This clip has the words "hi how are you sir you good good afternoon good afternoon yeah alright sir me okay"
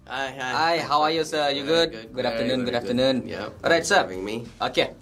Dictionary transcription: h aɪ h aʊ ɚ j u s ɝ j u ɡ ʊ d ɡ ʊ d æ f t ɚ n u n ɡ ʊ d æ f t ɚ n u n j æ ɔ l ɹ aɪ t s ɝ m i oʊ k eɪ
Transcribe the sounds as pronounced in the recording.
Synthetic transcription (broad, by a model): aɪ h aʊ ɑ j u s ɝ j u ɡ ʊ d ɡ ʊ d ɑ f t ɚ n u n ɡ ʊ d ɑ f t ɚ n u n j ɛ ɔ ɹ aɪ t s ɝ m i oʊ k eɪ